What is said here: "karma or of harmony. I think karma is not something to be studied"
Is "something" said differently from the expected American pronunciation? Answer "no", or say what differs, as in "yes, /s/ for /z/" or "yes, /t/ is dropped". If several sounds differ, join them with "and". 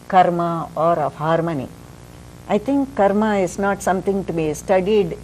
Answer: yes, /t/ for /θ/